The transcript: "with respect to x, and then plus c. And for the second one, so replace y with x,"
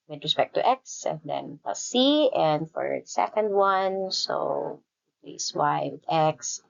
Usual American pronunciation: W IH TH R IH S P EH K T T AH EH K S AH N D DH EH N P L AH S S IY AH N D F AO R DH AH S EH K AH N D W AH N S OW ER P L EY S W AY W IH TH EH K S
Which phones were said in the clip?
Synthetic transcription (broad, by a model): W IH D R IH S P EH K T T EH K S AH N D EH N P AH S S IY AH N D F AO R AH S EH K AH N D W AH N S OW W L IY S W AY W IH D EH K S